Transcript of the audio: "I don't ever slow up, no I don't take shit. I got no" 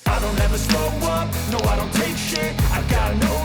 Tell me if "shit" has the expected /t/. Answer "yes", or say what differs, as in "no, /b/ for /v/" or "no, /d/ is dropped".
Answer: no, /t/ is dropped